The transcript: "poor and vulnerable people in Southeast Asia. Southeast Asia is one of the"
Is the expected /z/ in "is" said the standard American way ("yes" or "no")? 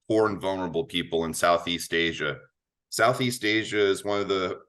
yes